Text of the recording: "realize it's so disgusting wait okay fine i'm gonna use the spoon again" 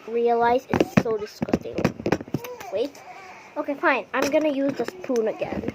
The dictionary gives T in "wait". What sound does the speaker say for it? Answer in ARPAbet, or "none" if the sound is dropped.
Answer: T